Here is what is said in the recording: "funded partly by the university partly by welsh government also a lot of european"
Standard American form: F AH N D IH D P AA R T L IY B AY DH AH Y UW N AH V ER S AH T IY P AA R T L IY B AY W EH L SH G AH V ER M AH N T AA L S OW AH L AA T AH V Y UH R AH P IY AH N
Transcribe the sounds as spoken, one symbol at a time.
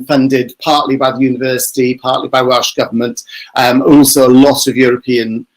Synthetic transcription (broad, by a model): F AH N D IH D P AA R T L IY B AY DH AH Y UW N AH V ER S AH T IY P AA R T L IY B AY W EH L SH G AH V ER M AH N T AA L S OW AH L AA T AH V Y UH R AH P IY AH N